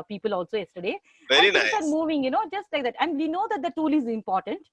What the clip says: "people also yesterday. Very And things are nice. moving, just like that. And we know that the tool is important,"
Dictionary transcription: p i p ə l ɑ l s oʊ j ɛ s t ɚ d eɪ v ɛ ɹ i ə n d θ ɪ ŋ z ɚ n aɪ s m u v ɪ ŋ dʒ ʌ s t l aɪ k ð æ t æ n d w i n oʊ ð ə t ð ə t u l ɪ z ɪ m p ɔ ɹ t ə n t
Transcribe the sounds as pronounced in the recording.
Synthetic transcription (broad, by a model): p i p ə l ɑ l s oʊ j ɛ s t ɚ d eɪ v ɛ i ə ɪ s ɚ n m u v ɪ ŋ dʒ ʌ s t l aɪ k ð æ t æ n d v i n oʊ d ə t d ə t u l ɪ z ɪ m p ɔ ɹ t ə n t